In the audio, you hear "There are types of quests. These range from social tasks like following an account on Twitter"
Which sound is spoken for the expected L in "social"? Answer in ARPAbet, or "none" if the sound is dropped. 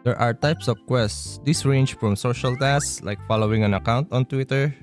L